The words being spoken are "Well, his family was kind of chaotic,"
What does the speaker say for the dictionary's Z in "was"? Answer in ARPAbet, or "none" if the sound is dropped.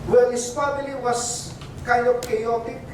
S